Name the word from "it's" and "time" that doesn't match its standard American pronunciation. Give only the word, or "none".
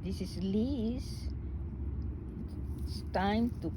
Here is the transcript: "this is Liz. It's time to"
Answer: it's